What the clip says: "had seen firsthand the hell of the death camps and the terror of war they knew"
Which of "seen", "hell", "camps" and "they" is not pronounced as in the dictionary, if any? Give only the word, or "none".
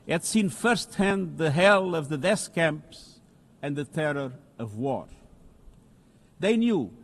none